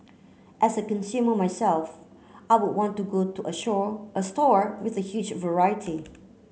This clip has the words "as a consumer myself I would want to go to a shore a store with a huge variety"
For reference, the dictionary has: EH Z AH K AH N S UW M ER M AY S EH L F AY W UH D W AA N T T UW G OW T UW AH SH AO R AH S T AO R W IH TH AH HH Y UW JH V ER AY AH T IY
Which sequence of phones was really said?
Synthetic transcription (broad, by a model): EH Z AH K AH N S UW M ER M AY S EH L F AY W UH D W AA N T T UW G OW T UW AH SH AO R AH S T AO R W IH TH AH HH Y UW JH V ER AY AH T IY